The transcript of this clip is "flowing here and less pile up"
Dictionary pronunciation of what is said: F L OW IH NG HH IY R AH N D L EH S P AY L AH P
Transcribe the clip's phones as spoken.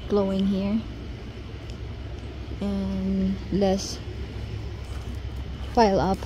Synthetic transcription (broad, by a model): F L OW IH NG HH IY R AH N L EH S F AY L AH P